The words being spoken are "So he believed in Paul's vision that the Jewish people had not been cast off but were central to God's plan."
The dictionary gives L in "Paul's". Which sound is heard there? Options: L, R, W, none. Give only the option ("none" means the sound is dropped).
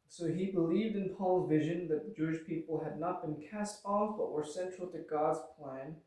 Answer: L